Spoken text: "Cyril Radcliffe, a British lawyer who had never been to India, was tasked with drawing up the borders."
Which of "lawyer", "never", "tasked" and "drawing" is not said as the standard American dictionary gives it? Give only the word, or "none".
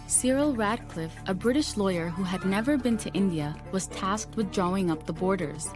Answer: none